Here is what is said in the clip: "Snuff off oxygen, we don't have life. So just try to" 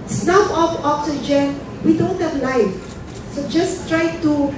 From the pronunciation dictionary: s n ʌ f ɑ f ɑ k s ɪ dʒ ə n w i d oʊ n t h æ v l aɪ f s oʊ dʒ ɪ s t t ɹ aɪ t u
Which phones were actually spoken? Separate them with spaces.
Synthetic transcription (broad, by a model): s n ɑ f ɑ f ɑ k s ɪ dʒ ə n w i d oʊ n t h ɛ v l aɪ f s oʊ dʒ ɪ s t t ɹ aɪ t u